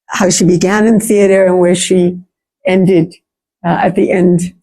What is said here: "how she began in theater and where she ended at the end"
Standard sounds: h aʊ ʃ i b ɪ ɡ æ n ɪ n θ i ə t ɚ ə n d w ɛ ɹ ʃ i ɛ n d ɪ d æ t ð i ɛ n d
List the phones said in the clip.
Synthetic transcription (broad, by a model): h aʊ ʃ i b ɪ ɡ æ n ɪ n θ i ə t ɚ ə n w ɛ ɹ ʃ i ɛ n d ɪ d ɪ t ð i ɛ n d